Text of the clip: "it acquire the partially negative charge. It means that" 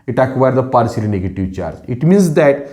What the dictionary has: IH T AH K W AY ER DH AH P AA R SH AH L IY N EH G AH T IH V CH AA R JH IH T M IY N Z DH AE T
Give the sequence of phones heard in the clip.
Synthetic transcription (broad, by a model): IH T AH K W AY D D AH P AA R S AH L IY N EH G AH T IH V CH AA R JH IH T M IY N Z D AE T